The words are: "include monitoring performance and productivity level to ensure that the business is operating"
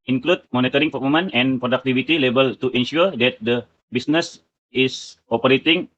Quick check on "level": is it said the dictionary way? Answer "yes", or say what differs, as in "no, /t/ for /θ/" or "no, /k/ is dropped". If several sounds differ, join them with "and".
no, /b/ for /v/